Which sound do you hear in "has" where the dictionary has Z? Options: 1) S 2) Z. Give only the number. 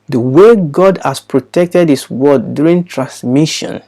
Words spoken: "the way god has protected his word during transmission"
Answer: 1